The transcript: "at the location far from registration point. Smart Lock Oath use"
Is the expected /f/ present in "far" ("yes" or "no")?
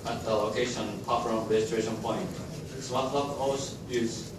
no